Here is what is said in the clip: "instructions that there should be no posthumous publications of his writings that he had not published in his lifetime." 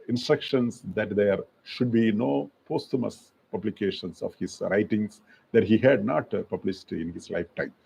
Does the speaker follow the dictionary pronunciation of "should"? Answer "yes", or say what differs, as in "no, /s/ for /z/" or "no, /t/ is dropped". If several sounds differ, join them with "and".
yes